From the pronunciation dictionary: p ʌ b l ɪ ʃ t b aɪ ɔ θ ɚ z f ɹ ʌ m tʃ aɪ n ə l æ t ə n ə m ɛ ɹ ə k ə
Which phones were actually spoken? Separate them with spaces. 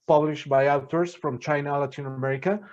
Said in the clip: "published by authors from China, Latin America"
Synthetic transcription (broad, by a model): p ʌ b l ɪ ʃ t b aɪ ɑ t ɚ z f ɹ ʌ m tʃ aɪ n ə l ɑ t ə n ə m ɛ ɹ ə k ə